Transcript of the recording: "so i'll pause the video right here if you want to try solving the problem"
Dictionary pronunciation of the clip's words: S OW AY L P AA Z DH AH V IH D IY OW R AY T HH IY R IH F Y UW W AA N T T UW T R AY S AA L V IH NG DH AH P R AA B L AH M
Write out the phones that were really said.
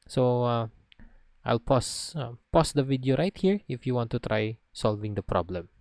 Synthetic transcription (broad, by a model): S OW AY L P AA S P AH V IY D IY OW R AY T HH IY R IH F Y UW W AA N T T UW T R AY S AA L V IH NG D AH P R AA B L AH M